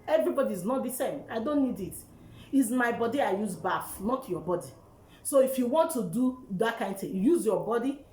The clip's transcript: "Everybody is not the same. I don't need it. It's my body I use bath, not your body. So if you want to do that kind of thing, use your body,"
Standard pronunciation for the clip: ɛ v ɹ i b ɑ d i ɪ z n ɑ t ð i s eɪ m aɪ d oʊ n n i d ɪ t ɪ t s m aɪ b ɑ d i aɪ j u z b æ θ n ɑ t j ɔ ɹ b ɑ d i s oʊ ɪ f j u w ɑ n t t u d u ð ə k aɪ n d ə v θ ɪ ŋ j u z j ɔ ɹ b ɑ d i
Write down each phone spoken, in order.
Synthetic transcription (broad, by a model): ɛ v ɹ i b ɑ d i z n ɑ t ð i s eɪ m aɪ d oʊ n n i d ɪ t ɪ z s m aɪ b ɑ d i aɪ j u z b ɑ f n ɑ t j ɔ b ɑ d i s oʊ ɪ f j u w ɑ n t t u d u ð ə k aɪ n d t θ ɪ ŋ j u z j ɔ b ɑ d i